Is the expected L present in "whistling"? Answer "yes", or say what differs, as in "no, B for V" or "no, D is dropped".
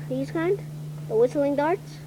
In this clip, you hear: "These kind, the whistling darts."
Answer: yes